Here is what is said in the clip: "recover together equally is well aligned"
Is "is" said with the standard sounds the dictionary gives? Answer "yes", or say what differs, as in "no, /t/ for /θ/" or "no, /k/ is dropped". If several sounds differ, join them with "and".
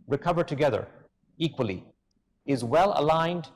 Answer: yes